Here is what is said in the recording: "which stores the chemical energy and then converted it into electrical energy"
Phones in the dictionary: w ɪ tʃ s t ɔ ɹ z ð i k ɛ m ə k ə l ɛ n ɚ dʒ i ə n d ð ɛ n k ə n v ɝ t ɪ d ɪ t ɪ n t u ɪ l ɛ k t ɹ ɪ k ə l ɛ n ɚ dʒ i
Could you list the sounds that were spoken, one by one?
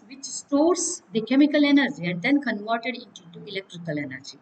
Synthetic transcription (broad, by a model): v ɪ tʃ s t ɔ ɹ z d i k ɛ m ə k ə l ɛ n ɚ dʒ i ə n d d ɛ n k ə n v ɝ t ɪ d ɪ t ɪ t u ɪ l ɛ k t ɹ ɪ k ə l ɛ n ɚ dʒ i